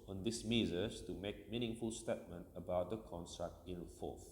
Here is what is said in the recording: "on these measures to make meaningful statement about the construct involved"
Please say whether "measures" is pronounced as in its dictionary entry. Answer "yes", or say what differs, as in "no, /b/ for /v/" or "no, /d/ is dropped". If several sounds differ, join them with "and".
no, /z/ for /ʒ/